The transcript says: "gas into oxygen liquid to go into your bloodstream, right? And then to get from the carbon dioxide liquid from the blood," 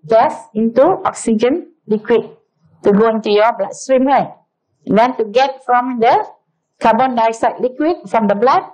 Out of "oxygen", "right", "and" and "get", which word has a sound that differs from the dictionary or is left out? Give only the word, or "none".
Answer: right